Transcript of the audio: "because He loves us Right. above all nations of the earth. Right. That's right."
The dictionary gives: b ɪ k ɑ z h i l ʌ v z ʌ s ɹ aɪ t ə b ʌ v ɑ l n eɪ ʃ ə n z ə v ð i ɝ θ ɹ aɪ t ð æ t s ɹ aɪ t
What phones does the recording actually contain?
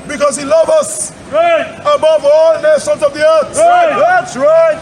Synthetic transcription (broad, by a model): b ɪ k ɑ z h i l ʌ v ʌ s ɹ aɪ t ə b ʌ v ɑ l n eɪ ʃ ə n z ə v ð i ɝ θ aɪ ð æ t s ɹ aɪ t